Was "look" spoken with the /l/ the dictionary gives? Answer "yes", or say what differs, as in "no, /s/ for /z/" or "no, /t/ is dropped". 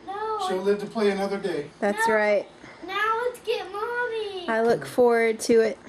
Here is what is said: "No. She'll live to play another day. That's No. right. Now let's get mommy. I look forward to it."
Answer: yes